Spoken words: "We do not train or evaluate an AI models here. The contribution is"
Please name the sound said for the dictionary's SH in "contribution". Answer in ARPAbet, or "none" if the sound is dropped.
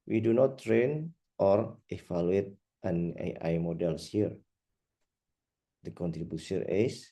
S